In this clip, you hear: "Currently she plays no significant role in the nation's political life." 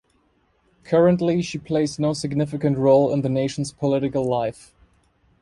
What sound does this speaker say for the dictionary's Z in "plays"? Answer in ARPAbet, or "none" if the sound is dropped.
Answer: Z